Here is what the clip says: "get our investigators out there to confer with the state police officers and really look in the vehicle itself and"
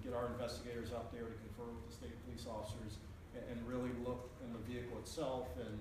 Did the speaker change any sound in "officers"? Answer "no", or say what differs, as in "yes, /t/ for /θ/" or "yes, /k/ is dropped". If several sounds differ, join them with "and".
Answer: no